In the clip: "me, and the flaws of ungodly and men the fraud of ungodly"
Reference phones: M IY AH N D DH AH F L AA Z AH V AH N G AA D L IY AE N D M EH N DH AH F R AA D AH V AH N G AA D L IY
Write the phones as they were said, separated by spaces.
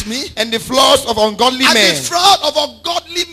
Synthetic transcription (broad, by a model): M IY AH N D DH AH F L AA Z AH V AH N G AA D L IY M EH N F L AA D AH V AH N G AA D L IY